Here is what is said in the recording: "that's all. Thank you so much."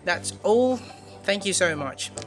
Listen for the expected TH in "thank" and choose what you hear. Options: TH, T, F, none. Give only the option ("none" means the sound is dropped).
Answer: TH